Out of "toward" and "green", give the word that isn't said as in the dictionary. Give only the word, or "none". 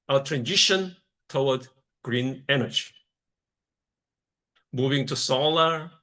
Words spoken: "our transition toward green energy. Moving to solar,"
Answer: toward